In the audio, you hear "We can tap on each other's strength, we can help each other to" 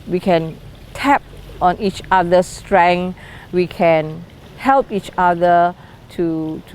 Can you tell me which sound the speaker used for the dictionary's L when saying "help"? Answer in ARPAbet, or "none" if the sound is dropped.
L